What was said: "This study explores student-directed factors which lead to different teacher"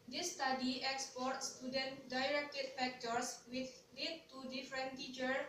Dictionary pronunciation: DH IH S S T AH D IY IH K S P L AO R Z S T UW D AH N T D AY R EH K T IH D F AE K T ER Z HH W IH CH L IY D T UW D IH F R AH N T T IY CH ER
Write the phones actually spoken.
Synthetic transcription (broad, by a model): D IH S S T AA D IY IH K S P AO R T S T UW D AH N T D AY R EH K T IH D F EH K T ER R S W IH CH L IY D T UW D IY F R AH N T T IY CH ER